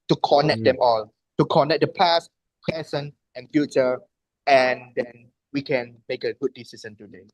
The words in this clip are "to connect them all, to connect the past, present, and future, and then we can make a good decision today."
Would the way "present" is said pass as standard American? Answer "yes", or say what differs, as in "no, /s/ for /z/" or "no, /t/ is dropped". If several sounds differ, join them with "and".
no, /t/ is dropped